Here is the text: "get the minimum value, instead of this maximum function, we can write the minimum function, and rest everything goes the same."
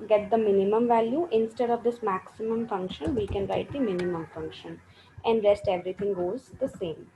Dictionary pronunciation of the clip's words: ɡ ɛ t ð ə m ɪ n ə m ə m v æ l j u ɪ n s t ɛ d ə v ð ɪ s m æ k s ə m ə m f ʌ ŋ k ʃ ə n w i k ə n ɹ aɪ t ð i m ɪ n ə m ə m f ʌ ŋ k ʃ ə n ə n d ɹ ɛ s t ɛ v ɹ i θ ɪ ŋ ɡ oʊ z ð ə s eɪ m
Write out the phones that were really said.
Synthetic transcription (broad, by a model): ɡ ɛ t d ə m ɪ n ə m ə m v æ l j u ɪ n s t ɛ d ə v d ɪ s m æ k s ə m ə m f ʌ ŋ k ʃ ə n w i k ə n ɹ aɪ t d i m ɪ n ə m ə m f ʌ ŋ k ʃ ə n ə n d ɹ ɛ s t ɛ v ɹ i t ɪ ŋ ɡ oʊ z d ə s eɪ m